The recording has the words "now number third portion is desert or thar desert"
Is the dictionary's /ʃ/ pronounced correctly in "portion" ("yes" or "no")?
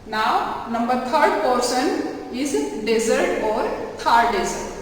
no